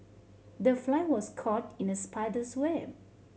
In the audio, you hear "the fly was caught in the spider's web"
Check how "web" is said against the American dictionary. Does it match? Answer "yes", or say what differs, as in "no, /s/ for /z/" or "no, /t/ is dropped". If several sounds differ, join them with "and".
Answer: no, /b/ is dropped